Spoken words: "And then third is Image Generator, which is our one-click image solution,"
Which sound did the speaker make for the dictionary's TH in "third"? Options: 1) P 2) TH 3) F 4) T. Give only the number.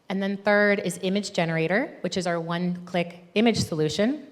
2